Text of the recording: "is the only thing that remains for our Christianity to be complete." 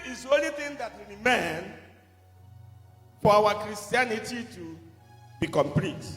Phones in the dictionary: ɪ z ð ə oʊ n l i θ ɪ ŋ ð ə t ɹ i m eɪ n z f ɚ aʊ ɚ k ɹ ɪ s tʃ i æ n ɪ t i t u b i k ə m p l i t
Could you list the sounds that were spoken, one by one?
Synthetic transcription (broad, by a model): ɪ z oʊ n l i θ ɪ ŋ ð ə t w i m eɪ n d f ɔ aʊ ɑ k ɹ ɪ s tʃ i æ n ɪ t i t u b i k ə m p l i t